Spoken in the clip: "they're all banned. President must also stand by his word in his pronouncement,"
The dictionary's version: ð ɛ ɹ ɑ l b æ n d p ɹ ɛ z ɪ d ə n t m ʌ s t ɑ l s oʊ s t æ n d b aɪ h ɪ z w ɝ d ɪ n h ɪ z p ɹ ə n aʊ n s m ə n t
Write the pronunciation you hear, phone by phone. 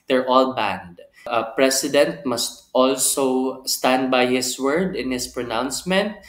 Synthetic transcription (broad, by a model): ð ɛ ɹ ɑ l b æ n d p ɹ ɛ s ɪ d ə n t m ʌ s t ɑ l s oʊ s t æ n d b aɪ h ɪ s w ɝ d ɪ n h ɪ s p ɹ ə n aʊ n s m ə n t